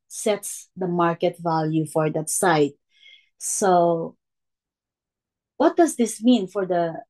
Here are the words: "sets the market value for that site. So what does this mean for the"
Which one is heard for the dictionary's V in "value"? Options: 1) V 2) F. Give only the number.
1